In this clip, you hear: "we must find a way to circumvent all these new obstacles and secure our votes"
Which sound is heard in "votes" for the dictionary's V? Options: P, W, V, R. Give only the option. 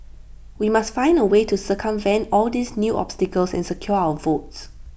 V